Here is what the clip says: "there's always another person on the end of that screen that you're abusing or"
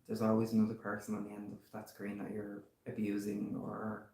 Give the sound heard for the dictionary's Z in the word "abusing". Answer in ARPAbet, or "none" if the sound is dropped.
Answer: Z